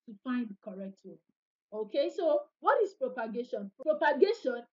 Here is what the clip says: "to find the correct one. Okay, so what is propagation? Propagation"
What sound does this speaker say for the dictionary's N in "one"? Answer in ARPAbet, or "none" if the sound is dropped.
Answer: none